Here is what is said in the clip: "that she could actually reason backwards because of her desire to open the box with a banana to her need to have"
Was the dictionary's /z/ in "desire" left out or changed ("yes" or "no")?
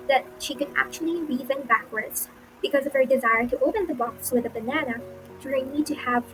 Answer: no